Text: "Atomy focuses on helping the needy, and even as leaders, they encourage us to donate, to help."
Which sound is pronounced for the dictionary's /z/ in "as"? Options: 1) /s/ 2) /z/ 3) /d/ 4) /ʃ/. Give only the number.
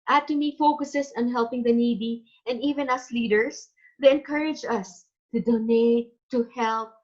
1